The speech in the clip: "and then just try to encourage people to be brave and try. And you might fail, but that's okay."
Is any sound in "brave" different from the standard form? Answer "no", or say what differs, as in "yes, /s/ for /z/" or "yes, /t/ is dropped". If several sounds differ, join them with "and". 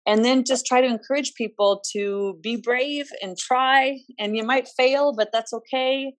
no